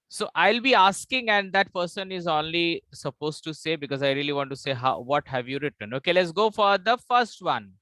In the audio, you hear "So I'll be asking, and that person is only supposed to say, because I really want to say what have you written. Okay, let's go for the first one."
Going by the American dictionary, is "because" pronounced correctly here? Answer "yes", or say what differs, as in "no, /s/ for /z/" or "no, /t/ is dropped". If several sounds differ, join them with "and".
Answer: yes